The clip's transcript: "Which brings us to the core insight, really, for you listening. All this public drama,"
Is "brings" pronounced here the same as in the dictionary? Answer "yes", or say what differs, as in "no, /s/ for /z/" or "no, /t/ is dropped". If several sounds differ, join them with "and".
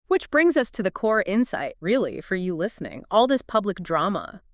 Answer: yes